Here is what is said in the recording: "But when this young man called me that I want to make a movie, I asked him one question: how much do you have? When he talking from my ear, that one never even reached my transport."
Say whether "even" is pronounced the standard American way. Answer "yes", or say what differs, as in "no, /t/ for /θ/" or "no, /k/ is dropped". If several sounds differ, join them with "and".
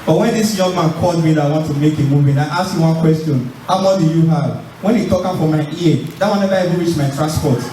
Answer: no, /v/ is dropped